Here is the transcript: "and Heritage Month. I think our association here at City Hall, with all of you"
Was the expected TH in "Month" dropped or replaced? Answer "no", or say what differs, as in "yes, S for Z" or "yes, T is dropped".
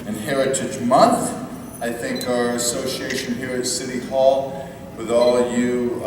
no